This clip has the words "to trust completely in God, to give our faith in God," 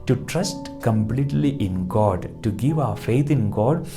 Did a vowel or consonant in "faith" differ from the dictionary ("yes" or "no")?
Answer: yes